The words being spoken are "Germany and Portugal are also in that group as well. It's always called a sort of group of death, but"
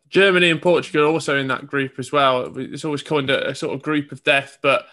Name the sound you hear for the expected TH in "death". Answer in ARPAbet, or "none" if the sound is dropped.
TH